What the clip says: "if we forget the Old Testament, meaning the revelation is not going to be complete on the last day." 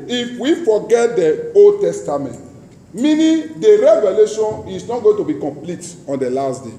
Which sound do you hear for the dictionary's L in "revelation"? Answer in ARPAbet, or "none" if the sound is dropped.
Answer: L